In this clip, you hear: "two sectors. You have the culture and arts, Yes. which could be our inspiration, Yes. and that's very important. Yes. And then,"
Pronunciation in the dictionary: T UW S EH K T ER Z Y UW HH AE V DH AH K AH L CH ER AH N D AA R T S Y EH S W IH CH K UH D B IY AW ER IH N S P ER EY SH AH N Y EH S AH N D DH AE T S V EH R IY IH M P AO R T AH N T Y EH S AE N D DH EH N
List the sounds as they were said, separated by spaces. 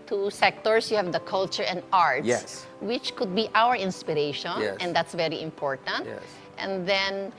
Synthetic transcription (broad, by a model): T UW S EH K T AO S Y UW HH AE V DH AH K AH L CH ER AH N D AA R T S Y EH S W IH CH K UH D B IY AW ER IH N S P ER EY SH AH N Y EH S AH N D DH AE T S V EH R IY IH M P AO R T AH N T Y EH N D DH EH N